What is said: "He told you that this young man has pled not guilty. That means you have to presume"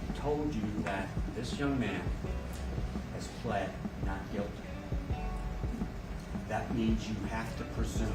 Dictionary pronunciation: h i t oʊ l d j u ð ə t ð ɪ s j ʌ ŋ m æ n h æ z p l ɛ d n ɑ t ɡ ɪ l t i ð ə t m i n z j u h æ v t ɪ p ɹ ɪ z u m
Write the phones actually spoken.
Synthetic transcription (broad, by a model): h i t oʊ l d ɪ ð ə t ð ɪ s j ʌ ŋ m æ n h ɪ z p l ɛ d n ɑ t ɡ ɪ l t i ð ə t m i n z j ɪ h æ f t ɪ p ɹ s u